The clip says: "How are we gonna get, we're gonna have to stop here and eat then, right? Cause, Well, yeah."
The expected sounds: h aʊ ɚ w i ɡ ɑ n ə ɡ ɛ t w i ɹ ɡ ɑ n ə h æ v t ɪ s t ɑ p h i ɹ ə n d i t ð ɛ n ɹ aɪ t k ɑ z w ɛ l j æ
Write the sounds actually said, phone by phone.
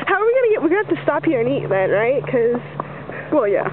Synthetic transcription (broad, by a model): h aʊ ɚ w i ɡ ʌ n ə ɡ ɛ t w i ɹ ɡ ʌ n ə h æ f t ɪ s t ɑ p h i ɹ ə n i t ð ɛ n ɹ aɪ t k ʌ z w ɛ l j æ